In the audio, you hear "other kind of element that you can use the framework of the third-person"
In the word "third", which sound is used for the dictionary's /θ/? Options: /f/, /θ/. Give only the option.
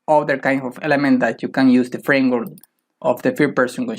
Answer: /f/